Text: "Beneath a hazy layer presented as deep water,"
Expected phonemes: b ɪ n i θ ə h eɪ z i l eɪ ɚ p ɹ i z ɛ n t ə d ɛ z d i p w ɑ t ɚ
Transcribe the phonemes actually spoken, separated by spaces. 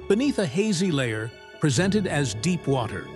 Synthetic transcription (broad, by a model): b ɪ n i θ ə h eɪ z i l eɪ ɚ p ɹ i z ɛ n t ə d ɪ z d i p w ɑ t ɚ